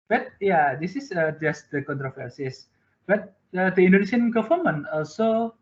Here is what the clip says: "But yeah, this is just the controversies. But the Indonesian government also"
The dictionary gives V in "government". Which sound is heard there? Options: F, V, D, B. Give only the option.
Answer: F